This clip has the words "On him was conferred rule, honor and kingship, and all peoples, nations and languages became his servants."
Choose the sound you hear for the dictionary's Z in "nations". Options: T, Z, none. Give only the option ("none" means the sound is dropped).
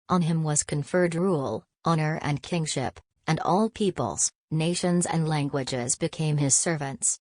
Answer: Z